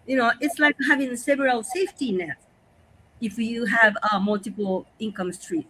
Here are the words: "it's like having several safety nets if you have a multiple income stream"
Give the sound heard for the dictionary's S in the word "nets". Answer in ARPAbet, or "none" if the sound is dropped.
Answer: none